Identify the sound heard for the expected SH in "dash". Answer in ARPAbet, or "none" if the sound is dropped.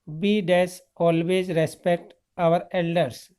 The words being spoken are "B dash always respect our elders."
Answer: S